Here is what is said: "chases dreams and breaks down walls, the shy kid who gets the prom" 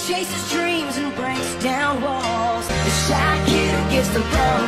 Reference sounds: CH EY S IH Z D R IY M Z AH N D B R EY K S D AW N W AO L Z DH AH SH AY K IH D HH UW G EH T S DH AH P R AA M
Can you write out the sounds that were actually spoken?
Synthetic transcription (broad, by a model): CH EY S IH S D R IY M Z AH N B R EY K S D AW N W AO L Z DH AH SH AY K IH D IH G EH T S DH AH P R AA